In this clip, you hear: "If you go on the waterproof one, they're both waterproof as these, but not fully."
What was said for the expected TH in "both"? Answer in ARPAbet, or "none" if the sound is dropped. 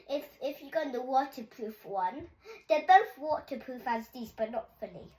TH